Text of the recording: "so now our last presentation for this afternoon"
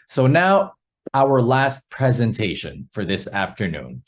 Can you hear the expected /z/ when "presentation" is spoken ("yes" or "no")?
yes